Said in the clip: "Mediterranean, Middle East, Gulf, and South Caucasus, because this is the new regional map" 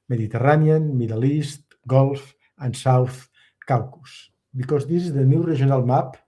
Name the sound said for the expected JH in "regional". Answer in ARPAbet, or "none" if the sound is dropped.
ZH